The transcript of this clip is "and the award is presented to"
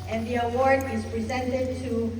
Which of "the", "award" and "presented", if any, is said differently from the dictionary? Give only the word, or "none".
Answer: none